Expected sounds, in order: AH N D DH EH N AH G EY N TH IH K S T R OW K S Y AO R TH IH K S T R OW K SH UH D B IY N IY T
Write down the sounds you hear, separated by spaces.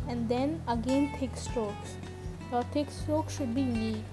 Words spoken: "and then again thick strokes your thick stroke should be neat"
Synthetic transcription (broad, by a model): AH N D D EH N AH G EY N T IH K S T OW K S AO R T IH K S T OW K SH UH D B IY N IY